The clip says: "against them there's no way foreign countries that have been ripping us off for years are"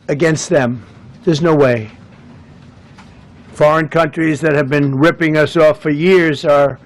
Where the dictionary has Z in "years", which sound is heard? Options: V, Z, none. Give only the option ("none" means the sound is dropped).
Z